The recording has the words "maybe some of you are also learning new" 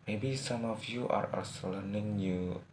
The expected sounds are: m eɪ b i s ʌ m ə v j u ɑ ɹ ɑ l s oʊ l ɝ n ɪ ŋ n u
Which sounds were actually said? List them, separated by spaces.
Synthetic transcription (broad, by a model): m eɪ b i s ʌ m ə f j u ɑ ɹ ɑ s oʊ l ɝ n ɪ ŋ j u